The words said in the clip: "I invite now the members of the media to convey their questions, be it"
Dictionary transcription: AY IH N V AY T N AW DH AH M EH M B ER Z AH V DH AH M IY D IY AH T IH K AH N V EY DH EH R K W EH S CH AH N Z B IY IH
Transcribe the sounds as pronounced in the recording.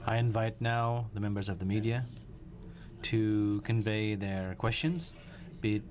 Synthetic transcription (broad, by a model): AY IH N V AY T N AW DH AH M EH M B ER Z AH V DH AH M IY D IY AH T IH K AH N V EY DH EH R K W EH S CH AH N Z B IY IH